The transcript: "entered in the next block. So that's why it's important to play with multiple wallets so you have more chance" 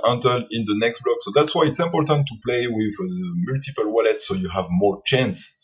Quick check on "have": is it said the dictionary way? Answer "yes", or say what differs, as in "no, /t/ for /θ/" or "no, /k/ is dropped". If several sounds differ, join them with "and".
yes